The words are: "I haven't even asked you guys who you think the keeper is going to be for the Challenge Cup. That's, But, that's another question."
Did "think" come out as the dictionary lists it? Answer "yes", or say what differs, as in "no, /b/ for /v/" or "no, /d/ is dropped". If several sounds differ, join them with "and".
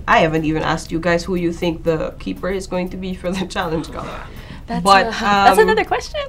yes